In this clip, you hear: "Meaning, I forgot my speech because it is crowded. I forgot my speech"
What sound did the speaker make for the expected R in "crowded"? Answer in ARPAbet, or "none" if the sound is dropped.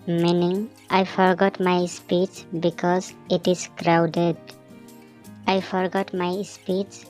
R